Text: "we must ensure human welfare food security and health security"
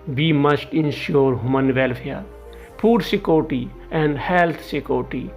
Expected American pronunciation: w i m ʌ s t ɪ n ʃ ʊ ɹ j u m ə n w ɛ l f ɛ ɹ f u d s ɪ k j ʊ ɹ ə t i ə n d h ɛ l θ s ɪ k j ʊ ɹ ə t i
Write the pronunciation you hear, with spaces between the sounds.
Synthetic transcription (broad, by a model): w i m ʌ s t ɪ n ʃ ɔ ɹ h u m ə n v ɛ l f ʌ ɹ p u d s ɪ k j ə t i ə n d h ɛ l t s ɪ k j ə t i